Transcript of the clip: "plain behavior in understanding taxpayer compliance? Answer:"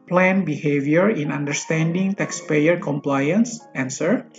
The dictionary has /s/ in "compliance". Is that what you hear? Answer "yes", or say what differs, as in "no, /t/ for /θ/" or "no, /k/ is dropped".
yes